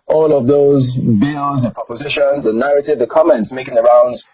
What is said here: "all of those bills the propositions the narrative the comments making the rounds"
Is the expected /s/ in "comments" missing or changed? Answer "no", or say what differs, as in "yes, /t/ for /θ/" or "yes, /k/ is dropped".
no